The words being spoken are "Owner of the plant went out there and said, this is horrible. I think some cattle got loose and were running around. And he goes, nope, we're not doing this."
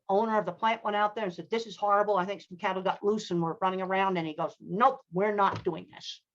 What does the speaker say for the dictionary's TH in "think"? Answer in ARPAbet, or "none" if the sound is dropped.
TH